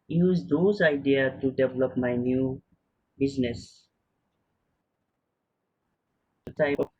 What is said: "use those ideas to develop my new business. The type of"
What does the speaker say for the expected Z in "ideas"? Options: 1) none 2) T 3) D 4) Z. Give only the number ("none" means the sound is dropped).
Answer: 1